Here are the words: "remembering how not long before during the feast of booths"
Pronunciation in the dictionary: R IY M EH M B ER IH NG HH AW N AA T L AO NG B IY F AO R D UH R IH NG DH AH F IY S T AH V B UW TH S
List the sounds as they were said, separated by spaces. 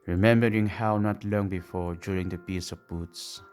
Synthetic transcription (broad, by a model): R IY M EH M B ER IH NG HH AW N AA T L AO NG B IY F AO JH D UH R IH NG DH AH P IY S AH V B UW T S